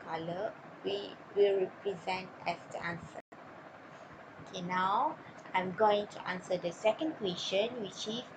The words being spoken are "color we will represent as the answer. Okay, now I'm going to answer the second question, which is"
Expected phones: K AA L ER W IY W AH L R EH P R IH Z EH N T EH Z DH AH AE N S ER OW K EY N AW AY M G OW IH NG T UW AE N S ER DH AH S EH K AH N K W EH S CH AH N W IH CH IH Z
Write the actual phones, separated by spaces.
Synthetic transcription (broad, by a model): K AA L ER W IY W AH L R EH P R IH Z EH N T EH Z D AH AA N S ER OW K EY N AW AY M G OW IH NG T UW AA N S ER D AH S EH K AH N K W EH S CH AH N W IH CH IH